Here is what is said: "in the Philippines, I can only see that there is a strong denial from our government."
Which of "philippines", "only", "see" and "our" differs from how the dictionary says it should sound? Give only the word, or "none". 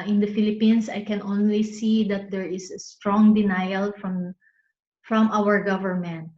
philippines